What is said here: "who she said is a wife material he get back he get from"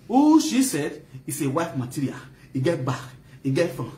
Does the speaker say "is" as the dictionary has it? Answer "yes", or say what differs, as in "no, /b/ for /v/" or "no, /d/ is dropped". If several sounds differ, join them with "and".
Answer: no, /s/ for /z/